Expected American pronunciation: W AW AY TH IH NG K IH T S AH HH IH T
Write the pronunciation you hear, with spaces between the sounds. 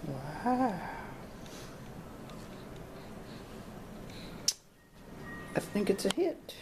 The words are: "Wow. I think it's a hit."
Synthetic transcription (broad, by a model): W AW AY TH IH NG K IH T S AH HH IH T